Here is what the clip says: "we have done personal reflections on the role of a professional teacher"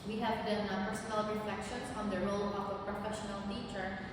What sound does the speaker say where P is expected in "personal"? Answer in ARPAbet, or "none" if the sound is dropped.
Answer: B